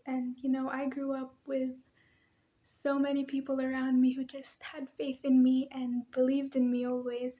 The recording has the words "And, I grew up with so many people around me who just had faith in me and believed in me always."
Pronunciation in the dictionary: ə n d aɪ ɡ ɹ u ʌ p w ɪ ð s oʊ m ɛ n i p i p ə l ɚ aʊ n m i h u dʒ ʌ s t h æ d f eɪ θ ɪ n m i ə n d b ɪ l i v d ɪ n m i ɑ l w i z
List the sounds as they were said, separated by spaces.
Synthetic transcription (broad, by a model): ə n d aɪ ɡ ɹ u ʌ p w ɪ ð s oʊ m ɛ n i p i p l ɚ aʊ n m i h u dʒ ʌ s t h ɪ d f eɪ θ ɪ n m i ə n b ɪ l i v d ɪ n m i ɑ l w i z